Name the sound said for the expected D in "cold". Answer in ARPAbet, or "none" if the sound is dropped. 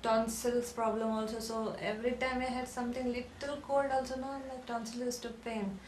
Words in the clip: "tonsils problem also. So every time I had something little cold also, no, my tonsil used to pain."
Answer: D